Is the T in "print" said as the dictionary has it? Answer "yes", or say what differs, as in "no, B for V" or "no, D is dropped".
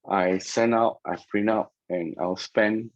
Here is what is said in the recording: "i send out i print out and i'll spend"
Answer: no, T is dropped